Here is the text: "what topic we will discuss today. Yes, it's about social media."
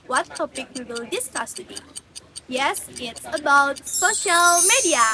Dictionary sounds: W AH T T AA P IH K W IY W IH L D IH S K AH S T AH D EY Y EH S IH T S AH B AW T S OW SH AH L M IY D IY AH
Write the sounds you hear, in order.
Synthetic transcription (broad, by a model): W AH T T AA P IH K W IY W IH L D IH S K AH S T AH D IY Y EH S IH T S AH B AW T S OW SH AH L M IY D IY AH